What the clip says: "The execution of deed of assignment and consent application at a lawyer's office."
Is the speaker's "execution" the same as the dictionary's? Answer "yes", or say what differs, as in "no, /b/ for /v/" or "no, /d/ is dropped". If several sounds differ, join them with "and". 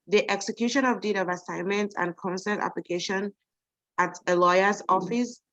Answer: yes